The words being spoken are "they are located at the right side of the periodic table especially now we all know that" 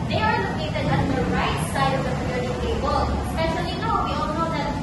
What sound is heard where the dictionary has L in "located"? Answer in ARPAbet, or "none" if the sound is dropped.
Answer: N